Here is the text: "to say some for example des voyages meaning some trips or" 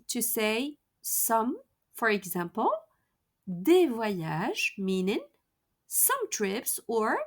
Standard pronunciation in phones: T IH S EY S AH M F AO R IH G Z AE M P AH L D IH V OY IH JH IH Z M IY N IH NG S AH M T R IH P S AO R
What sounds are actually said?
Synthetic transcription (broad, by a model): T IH S EY S AH M F AO R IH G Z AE M P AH L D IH V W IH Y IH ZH M IY N IH NG S AH M T R IH P S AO R